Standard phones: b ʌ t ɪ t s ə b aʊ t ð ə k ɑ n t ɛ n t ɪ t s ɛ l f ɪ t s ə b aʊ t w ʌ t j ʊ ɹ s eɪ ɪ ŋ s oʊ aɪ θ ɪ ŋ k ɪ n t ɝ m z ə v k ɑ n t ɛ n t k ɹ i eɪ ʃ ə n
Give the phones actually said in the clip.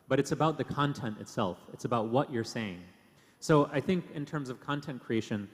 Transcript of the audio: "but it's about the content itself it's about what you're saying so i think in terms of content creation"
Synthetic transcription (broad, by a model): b ʌ t ɪ t s ə b aʊ t ð ə k ɑ n t ɛ n t ɪ t s ɛ l f ɪ t s ə b aʊ t w ʌ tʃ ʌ ɹ s eɪ ɪ ŋ s oʊ aɪ θ ɪ ŋ k ɪ n t ɝ m z ə v k ɑ n t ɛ n k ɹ i eɪ ʃ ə n